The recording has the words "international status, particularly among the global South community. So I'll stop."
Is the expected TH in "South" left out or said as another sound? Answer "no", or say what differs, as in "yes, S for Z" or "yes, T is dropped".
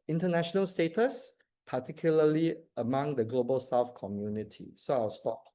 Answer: yes, F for TH